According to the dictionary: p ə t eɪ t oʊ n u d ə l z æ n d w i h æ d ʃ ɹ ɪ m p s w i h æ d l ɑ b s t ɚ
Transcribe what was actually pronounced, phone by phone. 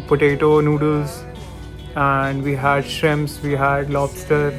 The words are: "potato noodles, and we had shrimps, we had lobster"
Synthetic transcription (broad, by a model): p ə t eɪ t oʊ n u d ə l z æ n d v i h æ d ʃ ɹ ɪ m s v i h æ d l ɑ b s t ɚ